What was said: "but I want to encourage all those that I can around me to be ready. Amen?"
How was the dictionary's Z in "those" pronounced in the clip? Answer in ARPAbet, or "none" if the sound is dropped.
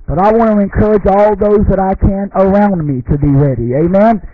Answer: Z